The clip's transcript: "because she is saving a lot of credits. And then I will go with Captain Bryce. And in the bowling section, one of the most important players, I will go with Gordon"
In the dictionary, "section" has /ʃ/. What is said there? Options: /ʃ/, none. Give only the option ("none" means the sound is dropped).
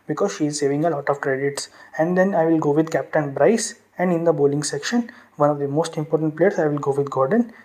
/ʃ/